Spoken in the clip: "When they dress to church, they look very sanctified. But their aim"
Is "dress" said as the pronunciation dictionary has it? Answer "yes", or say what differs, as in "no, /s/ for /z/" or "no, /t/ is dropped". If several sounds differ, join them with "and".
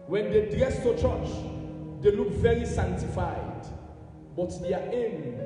no, /ɹ/ is dropped